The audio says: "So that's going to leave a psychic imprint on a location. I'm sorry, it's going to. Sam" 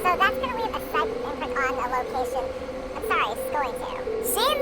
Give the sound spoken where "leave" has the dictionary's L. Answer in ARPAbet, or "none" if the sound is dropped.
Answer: W